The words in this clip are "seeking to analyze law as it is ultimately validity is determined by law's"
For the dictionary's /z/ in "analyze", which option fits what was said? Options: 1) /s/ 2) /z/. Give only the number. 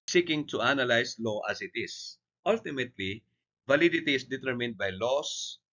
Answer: 1